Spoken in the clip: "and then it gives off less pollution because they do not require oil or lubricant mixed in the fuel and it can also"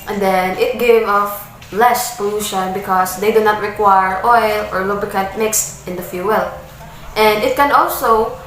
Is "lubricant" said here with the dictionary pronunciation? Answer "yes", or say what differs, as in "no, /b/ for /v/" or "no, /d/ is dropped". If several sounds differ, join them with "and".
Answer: no, /ɹ/ is dropped and /n/ is dropped